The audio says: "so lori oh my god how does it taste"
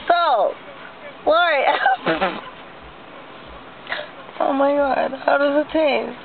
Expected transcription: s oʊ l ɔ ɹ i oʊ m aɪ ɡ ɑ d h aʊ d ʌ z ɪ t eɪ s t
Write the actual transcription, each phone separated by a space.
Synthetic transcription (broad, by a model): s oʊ w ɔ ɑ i oʊ m aɪ ɡ ɑ d h aʊ d ʌ z ɪ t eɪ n